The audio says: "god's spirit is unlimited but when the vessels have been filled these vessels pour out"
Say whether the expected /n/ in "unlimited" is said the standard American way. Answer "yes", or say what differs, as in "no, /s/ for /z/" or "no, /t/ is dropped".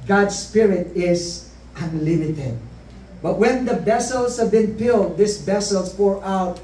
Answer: yes